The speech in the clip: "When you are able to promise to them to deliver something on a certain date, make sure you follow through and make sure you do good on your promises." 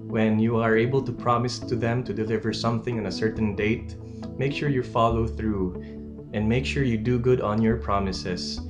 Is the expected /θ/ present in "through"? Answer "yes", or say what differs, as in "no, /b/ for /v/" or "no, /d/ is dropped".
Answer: yes